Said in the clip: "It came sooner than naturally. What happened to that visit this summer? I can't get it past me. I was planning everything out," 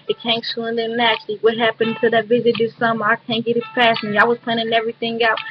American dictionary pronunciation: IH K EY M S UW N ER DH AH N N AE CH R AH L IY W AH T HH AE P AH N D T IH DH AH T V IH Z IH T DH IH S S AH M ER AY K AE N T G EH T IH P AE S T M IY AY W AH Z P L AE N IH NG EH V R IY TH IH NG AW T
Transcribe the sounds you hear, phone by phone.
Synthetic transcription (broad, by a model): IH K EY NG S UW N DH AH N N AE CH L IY W AH T HH AE P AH N T IH DH AH T V IH Z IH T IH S S AH M ER AY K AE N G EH T IH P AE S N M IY AY W AH Z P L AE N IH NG EH V R IY TH IH NG AW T